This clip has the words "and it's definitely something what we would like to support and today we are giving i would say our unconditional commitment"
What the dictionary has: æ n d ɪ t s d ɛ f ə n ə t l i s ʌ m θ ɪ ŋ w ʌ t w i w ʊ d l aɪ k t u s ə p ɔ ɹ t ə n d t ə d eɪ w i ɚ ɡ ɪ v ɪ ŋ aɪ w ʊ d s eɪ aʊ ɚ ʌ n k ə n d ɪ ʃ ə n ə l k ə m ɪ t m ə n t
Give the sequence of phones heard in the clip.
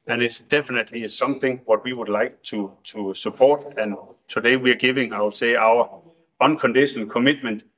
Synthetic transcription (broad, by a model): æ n ɪ t s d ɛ f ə n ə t l i s ʌ m θ ɪ ŋ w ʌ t w i w ʊ d l aɪ k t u s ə p ɔ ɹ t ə n t ə d eɪ w i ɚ ɡ ɪ v ɪ ŋ aɪ w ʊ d s eɪ aʊ ɚ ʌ n k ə n d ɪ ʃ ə n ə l k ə m ɪ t m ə n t